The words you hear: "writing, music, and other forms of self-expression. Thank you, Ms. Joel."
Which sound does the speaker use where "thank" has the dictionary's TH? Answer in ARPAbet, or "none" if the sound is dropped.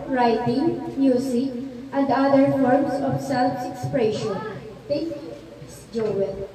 T